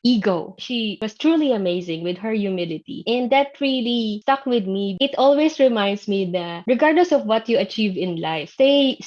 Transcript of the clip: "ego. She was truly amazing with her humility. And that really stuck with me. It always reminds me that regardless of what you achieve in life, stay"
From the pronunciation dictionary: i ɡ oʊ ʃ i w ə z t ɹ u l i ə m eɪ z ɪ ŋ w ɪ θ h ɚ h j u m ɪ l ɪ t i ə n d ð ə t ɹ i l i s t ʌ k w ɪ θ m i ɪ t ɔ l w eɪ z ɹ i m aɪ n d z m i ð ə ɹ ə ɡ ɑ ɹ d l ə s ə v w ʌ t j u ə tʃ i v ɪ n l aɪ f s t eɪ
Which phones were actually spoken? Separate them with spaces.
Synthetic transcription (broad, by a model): i ɡ oʊ ʃ i w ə s t ɹ u l i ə m eɪ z ɪ ŋ w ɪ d h ɚ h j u m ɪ l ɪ t i ə n d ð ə t ɹ i l i s t ʌ k w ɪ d m i ɪ t ɔ l w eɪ s ɹ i m aɪ n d s m i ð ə ɹ ə ɡ ɑ ɹ d l ə s ə v w ʌ t j u ə tʃ i v ɪ n l aɪ f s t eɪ